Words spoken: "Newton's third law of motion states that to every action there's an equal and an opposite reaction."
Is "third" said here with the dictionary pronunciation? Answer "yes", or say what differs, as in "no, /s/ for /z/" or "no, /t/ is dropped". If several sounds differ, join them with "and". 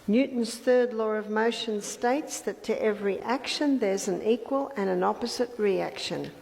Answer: yes